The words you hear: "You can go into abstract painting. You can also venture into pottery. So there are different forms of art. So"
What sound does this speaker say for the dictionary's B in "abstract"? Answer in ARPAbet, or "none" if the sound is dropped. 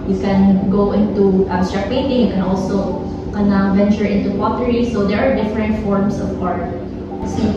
none